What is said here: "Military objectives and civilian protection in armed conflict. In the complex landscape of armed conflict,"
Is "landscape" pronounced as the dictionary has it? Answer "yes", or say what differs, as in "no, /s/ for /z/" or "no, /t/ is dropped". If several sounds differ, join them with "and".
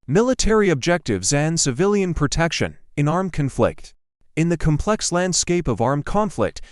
yes